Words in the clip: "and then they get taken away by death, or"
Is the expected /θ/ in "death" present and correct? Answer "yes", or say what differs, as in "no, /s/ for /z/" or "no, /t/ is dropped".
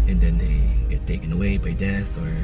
yes